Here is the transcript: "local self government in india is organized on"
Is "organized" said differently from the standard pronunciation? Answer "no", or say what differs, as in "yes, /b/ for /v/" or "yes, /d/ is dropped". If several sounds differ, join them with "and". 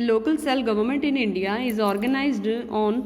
no